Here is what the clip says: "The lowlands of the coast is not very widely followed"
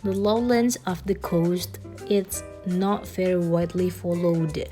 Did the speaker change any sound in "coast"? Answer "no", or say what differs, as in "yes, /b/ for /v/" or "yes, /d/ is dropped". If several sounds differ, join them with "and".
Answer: no